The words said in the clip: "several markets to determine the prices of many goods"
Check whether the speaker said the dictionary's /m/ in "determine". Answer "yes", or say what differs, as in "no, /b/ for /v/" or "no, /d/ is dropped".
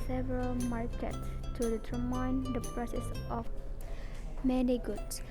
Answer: no, /m/ is dropped